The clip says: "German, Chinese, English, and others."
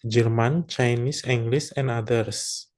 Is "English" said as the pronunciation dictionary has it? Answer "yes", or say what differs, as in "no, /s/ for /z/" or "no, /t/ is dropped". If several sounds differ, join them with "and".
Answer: no, /s/ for /ʃ/